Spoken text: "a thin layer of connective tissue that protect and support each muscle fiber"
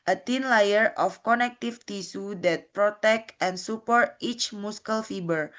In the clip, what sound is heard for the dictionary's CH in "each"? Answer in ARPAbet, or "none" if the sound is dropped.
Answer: CH